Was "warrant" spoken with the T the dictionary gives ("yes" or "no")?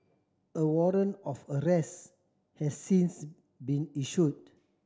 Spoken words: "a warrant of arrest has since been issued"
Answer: no